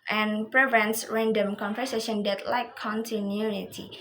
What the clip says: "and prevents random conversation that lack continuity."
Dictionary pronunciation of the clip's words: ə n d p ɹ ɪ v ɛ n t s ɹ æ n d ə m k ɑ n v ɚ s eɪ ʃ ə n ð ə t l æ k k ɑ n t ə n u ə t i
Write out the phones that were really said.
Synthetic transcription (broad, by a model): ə n p ɹ ɪ v ɛ n t s ɹ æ n d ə m k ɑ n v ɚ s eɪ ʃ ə n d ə t l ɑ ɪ k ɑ n t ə n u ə t i